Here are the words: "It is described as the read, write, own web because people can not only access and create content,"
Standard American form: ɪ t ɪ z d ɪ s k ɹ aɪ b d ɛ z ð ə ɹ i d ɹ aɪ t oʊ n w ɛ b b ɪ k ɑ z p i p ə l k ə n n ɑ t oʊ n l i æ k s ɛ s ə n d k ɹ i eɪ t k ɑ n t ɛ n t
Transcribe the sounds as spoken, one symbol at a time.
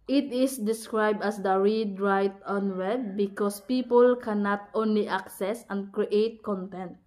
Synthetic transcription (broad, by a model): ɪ t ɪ s d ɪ s k ɹ aɪ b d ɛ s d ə ɹ i d ɹ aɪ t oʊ n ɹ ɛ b b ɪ k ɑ s p i p ə l k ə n n ɑ t oʊ n l i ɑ k s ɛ s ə n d k ɹ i eɪ t k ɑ n t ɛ n t